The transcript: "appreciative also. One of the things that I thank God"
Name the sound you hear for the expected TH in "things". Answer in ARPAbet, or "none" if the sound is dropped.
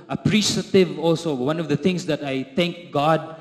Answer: T